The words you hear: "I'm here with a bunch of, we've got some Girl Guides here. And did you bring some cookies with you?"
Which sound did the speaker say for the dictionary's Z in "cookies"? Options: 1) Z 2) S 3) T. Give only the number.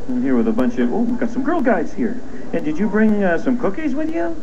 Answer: 1